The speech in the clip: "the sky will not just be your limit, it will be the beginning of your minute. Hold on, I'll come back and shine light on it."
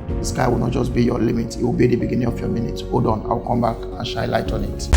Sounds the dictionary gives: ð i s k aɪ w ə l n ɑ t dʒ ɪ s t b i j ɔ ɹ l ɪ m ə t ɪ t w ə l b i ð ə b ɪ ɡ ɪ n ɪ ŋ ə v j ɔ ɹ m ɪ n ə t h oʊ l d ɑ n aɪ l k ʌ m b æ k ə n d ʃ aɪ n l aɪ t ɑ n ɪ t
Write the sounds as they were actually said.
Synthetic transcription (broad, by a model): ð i s k aɪ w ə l n ɑ t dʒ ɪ s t b i j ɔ l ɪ m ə t ɪ t w ə l b i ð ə b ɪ ɡ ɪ n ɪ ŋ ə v j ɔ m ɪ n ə t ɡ oʊ d ɑ n aɪ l k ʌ m b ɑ k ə n ʃ aɪ l aɪ t ɑ n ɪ t